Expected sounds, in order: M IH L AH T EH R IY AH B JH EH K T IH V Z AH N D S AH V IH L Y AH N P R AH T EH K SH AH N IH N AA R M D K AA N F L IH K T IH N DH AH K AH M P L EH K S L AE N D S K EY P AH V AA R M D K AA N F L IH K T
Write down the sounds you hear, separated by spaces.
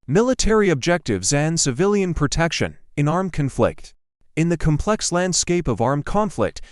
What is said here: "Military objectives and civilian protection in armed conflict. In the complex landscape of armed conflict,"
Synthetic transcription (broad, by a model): M IH L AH T EH R IY AH B JH EH K T IH V Z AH N S AH V IH L Y AH N P R AH T EH K SH AH N IH N AA R M K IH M F L IH K T IH N DH AH K AH M P L EH K S L AE N D S K EY P AH V AA R M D K AA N F L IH K T